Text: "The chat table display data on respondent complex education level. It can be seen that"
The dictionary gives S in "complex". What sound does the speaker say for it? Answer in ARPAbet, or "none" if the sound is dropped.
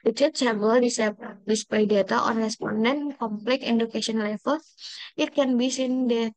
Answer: none